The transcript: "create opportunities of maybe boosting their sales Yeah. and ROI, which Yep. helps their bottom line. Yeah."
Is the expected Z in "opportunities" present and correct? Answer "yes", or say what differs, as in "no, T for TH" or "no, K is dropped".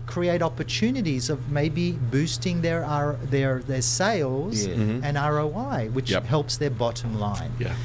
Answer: yes